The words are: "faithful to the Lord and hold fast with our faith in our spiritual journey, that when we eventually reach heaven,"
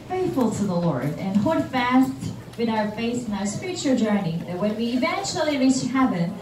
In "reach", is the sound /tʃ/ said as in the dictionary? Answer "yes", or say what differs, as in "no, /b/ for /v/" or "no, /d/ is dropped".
no, /s/ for /tʃ/